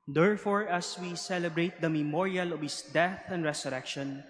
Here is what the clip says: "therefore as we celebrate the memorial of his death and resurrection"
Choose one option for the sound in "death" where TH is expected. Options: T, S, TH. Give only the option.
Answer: TH